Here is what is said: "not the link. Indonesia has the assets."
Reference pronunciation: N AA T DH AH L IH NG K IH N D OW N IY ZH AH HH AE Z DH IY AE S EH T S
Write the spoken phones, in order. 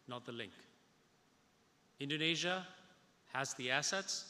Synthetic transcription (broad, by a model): N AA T DH AH L IH NG K IH N D OW N IY ZH AH HH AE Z DH IY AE S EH T S